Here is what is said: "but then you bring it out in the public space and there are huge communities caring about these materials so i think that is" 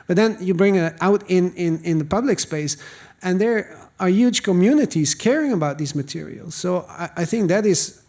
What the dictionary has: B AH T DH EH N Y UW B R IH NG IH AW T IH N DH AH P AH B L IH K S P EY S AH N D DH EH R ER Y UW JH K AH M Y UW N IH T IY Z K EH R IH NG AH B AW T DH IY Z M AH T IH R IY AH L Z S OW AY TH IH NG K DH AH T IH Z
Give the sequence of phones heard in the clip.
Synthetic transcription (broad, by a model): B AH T DH EH N Y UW B R IH NG IH AW T IH N DH AH P AH B L IH K S P EY S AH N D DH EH R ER Y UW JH K AH M Y UW N IH T IY Z K EH R IH NG AH B AW T DH IY Z M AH T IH R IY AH L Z S OW AY TH IH NG K DH AH T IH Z